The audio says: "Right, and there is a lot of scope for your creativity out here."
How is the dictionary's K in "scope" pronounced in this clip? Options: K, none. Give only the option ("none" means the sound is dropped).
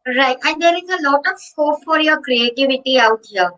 none